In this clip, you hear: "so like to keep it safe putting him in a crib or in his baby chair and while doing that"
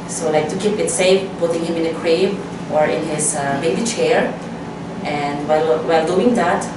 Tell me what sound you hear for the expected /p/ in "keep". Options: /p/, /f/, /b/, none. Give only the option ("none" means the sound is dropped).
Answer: /p/